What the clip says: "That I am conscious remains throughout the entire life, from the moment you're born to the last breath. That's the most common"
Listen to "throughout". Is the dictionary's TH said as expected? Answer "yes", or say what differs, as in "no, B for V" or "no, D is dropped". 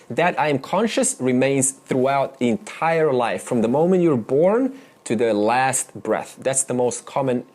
yes